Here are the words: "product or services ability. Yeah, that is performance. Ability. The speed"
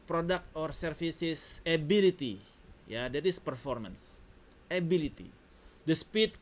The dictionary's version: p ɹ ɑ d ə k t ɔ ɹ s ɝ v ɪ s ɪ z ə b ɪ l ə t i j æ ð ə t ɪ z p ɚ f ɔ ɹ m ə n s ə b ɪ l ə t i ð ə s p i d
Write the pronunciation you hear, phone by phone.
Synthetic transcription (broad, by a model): p ɹ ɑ d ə k t ɔ ɹ s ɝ f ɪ s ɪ s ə b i l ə t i j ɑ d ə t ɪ s p ɚ f ɔ ɹ m ə n s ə b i l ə t i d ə s p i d